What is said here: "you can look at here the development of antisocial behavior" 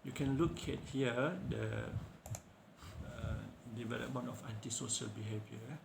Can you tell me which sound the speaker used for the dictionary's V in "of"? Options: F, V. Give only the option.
F